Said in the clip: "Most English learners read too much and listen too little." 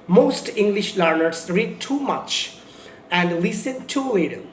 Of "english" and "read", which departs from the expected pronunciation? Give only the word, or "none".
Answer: none